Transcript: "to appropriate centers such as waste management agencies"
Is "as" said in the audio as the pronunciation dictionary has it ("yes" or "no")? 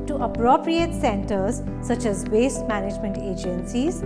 yes